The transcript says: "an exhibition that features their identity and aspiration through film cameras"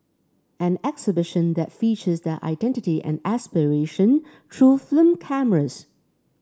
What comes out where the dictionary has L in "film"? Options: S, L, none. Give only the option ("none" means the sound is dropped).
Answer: none